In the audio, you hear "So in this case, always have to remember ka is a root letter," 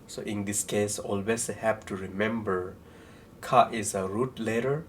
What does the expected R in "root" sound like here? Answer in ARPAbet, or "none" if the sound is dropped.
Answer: R